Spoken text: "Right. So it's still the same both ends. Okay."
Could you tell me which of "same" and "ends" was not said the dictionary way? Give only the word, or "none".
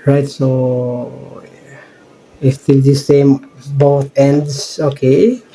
ends